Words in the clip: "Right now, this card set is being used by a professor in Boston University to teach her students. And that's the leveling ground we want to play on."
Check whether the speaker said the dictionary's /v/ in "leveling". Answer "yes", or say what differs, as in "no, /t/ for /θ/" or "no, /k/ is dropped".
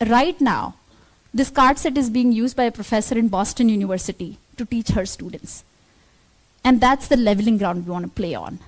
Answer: yes